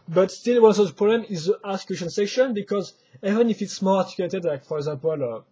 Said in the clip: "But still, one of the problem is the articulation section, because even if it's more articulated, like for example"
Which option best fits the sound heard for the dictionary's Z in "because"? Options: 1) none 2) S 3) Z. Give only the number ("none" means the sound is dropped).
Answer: 3